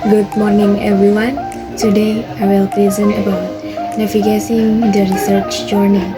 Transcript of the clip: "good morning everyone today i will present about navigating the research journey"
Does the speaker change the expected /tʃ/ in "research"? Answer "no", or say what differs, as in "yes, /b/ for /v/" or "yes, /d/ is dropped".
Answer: no